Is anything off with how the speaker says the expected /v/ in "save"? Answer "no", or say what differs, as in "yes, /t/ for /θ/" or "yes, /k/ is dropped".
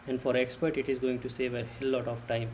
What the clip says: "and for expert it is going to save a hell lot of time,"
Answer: no